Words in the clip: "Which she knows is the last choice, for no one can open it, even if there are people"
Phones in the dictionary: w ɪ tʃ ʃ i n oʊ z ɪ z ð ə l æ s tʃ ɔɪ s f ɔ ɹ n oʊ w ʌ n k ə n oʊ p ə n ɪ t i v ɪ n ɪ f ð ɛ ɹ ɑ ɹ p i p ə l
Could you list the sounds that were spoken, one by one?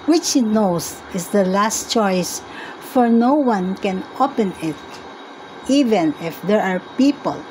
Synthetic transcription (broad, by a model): w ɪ tʃ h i n oʊ s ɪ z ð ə l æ s tʃ ɔɪ s f ɔ ɹ n oʊ w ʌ n k ə n oʊ p ə n ɪ t i v ɪ n ɪ f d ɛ ɹ ɑ ɹ p i p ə l